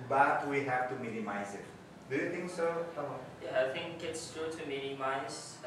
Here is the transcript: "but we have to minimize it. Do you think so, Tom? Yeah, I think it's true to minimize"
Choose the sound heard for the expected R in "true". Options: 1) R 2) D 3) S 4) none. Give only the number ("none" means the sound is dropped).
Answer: 4